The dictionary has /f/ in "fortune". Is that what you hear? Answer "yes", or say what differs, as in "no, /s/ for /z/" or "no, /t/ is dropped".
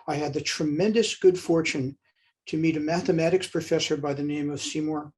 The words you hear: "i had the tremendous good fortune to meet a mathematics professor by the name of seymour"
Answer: yes